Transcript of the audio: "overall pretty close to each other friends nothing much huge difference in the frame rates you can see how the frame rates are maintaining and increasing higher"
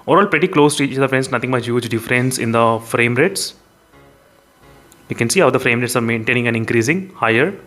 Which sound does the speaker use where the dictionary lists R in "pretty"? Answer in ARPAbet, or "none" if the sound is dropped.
R